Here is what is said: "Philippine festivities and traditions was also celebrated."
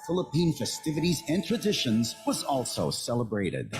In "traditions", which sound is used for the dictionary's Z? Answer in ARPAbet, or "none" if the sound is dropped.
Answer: Z